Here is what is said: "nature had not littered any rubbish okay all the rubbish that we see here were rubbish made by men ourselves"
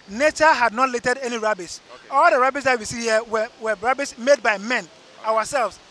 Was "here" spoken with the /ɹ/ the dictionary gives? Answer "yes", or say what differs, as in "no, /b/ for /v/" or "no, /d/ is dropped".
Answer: no, /w/ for /ɹ/